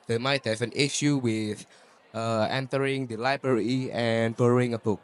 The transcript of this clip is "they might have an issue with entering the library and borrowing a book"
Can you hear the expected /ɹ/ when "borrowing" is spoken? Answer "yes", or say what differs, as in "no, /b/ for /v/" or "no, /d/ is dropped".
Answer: no, /l/ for /ɹ/